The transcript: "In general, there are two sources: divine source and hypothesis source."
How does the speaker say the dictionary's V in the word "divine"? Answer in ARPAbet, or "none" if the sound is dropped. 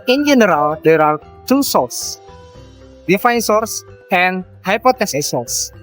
F